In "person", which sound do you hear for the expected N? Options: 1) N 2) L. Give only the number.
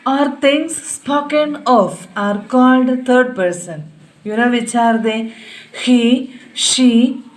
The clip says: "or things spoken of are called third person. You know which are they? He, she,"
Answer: 1